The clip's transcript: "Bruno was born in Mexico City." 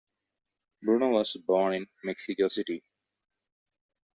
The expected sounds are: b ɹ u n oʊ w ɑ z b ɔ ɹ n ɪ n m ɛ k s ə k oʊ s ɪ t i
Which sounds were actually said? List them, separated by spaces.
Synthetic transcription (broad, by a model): b ɹ u n oʊ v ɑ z b ɔ ɹ n ɪ n m ɛ k s ə k oʊ s ɪ t i